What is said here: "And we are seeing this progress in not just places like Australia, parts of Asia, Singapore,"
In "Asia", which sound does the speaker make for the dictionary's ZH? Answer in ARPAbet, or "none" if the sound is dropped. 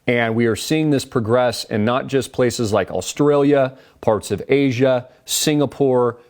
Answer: ZH